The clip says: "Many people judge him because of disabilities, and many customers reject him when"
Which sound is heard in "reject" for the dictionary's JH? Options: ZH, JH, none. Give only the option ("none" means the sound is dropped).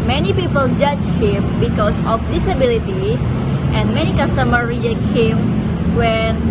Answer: none